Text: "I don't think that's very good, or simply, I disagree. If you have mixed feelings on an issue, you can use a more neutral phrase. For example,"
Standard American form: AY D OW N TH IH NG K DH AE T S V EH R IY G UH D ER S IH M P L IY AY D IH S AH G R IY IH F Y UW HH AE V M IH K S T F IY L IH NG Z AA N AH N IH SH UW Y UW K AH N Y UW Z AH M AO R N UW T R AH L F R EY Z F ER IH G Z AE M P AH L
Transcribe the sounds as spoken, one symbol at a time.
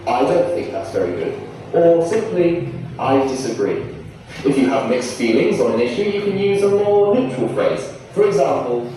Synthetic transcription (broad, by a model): AY D OW N TH IH NG K DH AE T S V EH R IY G UH D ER S IH M P L IY AY D IH S AH G R IY IH F Y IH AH V M IH K S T F IY L IH NG Z N AH N IH SH UW Y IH K AH N Y UW Z AH M AO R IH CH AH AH L F R EY Z F ER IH G Z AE M P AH L